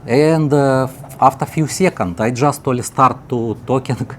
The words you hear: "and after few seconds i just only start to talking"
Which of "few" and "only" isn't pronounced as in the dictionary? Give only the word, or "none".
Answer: only